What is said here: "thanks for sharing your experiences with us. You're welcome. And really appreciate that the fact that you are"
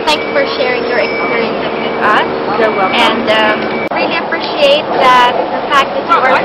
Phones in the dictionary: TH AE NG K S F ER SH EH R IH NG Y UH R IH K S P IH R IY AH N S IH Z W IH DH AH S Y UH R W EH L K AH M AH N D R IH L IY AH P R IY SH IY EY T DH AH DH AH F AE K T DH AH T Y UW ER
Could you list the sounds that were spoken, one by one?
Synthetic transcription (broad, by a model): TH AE NG K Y F ER SH EH R IH NG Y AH R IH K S AA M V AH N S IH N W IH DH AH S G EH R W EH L AH AH N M R IH L IY AH P R IY SH IY EY T DH AH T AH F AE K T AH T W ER